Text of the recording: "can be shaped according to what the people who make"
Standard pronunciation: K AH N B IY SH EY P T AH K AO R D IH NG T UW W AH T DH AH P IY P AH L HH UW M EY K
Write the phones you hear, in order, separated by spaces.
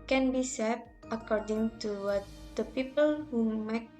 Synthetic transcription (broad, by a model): K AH N B IY S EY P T AH K AO R D IH NG T UW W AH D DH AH P IY P AH L HH UW M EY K